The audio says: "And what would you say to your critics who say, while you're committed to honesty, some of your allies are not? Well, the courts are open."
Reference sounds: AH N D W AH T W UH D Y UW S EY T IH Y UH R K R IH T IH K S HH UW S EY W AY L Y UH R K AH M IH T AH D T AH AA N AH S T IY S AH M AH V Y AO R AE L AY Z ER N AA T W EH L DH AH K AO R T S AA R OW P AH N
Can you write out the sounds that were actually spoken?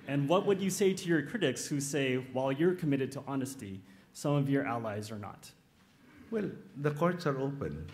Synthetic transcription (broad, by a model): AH N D W AH T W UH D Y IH S EY T IH Y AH R K R IH T IH K S HH UW S EY W AY L Y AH R K AH M IH T AH D T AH AA N AH S T IY S AH M AH V Y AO R AE L AY Z ER N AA T W EH L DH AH K AO R T S AA R OW P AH N